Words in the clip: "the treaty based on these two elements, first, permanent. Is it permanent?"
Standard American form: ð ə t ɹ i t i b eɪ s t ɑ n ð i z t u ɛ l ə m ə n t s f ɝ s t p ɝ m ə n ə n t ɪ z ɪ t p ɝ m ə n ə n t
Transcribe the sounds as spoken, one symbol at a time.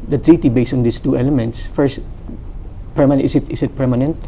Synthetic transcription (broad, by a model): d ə t ɹ i t i b eɪ s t ɑ n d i s t u ɛ l ə m ə n t s f ɝ s t p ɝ m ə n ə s t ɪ s ɪ t p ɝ m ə n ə n t